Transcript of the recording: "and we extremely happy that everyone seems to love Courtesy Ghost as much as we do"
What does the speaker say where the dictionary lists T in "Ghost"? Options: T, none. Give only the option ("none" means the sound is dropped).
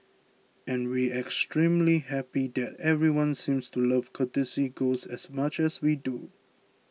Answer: none